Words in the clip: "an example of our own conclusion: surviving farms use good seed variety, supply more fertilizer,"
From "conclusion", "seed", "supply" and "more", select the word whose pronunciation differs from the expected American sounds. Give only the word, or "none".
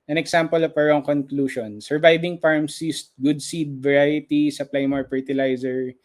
conclusion